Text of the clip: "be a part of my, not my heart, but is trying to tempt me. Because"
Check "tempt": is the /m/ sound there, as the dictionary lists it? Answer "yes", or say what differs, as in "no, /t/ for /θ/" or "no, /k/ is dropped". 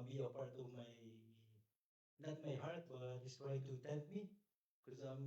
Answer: no, /m/ is dropped